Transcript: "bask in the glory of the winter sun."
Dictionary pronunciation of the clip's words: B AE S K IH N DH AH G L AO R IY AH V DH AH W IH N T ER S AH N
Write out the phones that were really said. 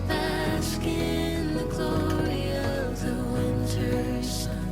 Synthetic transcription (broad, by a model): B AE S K IH N DH AH G L AO R IY AH V DH AH W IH N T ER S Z